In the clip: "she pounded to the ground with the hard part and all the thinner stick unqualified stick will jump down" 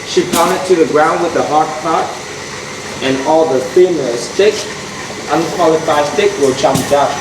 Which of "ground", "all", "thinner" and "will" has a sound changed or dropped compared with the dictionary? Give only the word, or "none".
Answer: thinner